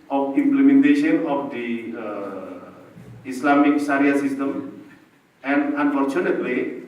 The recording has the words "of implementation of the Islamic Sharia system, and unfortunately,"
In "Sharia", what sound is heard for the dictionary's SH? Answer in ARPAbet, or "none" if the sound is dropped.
S